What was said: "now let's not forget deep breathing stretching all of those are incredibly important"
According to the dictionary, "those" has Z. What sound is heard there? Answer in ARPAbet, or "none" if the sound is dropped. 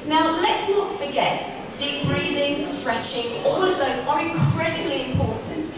Z